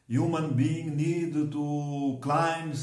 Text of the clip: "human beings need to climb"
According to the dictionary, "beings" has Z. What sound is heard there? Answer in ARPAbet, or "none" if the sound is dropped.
none